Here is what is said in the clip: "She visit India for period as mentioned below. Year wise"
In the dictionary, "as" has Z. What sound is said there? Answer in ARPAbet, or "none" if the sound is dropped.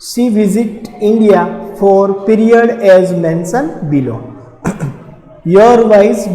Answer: Z